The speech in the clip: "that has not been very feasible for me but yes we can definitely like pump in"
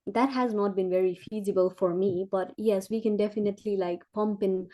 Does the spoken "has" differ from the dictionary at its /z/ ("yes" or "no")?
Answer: no